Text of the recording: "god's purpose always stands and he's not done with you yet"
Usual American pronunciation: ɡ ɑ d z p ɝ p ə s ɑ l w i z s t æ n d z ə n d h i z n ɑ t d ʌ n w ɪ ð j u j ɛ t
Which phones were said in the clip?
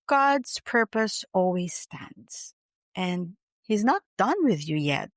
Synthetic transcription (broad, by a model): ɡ ɑ d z p ɝ p ə s ɑ l w i z s t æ n d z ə n h i z n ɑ t d ʌ n w ɪ ð j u j ɛ t